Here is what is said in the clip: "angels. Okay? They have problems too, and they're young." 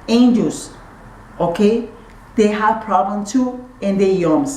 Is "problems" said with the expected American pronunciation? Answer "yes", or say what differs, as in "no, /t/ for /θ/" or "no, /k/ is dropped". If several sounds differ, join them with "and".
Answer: no, /z/ is dropped